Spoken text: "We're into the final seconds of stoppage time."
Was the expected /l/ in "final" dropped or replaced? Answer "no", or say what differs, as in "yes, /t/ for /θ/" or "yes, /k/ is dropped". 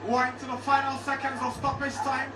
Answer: no